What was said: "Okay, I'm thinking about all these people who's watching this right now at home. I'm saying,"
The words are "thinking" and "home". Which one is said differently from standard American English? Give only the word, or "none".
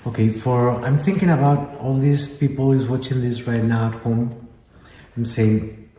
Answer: none